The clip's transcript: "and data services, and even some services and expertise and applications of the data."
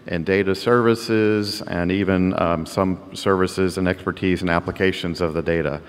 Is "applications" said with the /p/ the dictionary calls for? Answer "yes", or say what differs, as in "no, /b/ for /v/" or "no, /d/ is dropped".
yes